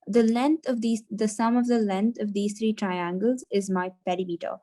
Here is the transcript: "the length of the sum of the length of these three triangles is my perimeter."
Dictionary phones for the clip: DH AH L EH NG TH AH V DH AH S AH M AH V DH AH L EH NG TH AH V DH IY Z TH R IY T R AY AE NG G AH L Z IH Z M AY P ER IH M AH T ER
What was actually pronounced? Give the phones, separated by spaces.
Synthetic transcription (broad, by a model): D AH L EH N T AH V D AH S AH M AH V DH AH L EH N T AH V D IY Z T R IY T R AY AE NG G AH L Z IH Z M AY P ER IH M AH T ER